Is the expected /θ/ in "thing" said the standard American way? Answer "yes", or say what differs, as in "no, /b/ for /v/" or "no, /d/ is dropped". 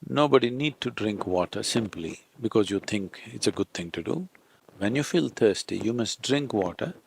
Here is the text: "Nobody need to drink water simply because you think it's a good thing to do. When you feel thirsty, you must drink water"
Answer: no, /t/ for /θ/